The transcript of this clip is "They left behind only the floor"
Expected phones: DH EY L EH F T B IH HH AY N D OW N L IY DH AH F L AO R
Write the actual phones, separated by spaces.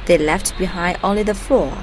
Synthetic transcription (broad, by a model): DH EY L EH F T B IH HH AY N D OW L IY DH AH F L AO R